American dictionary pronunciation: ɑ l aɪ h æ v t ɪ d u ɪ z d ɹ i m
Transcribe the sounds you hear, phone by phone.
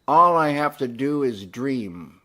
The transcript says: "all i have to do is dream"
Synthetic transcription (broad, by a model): ɑ l aɪ h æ f t ɪ d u ɪ z d ɹ i m